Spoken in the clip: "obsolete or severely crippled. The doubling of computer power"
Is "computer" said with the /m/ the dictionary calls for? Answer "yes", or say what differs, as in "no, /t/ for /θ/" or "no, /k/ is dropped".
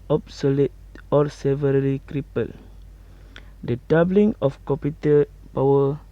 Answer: no, /m/ is dropped